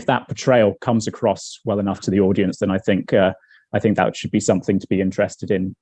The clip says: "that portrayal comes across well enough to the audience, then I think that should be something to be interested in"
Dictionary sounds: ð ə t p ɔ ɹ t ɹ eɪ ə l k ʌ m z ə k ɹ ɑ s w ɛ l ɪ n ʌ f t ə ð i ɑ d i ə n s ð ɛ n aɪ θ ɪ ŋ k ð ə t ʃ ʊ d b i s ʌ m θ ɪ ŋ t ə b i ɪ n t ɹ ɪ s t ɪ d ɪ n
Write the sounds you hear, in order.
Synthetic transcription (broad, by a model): ð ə t p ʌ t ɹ eɪ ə l k ʌ m z ə k ɹ ɑ s w ɛ l ɪ n ʌ f t ə ð i ɑ d i ə n s ð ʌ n aɪ θ ɪ ŋ k ð ə t ʃ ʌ d b i s ʌ m θ ɪ ŋ t ə b i ɪ n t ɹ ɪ s t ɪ d ɪ n